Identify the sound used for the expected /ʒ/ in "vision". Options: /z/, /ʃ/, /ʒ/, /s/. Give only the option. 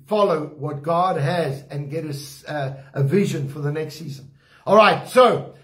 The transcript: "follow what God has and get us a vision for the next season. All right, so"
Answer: /ʒ/